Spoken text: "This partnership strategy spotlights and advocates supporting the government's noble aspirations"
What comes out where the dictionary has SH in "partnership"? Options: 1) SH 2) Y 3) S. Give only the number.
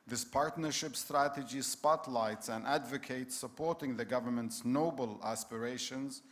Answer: 1